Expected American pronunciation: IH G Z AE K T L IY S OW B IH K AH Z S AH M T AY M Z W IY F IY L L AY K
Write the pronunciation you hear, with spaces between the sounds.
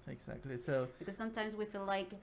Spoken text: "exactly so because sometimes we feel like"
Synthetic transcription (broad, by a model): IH G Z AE K T L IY S OW B IH K AH Z S AH M T AY M Z W IY F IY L L AY K